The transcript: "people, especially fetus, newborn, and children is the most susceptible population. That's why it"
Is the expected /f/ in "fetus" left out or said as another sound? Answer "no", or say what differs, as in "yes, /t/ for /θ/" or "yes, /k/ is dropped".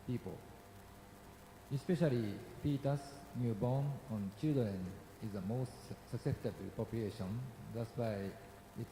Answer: yes, /p/ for /f/